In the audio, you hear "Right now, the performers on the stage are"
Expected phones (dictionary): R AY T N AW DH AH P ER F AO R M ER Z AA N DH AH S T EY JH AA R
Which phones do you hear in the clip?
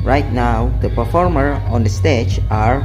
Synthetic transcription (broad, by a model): R AY T N AW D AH P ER F AO R M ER AA N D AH S T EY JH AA R